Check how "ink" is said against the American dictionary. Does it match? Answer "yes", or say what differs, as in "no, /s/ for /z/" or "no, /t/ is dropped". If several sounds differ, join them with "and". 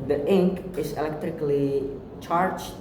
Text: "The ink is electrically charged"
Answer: yes